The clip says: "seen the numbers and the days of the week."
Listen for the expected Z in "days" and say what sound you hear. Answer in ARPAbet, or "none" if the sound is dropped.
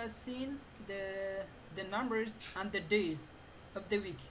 Z